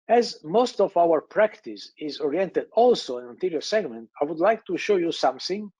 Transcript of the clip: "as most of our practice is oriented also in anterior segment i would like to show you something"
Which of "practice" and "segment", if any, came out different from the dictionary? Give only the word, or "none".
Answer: none